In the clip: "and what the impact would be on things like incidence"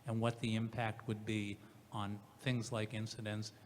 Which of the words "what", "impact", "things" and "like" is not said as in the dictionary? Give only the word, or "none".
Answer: none